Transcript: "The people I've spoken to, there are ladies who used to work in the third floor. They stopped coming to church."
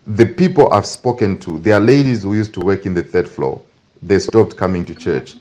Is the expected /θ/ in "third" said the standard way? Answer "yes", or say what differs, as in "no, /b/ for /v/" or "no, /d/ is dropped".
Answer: yes